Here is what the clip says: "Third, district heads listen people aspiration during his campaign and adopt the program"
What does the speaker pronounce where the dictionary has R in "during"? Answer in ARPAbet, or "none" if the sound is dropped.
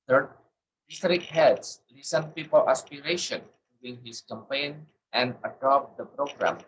W